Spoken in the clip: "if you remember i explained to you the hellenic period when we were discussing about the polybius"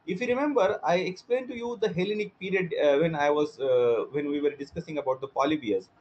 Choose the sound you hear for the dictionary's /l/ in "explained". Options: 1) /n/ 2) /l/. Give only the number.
2